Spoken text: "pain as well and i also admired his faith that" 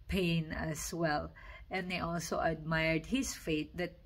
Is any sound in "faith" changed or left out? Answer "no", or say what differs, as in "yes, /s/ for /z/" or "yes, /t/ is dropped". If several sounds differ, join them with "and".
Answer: yes, /t/ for /θ/